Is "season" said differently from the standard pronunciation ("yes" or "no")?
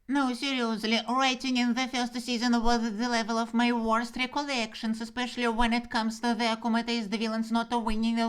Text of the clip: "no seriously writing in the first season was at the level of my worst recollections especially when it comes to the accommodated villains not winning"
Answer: no